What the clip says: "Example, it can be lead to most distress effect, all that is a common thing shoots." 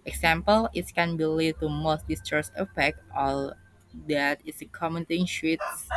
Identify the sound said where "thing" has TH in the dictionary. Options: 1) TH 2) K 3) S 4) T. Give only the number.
4